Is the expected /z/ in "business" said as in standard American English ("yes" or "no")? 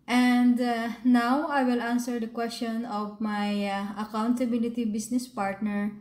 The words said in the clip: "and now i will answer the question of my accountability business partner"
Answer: no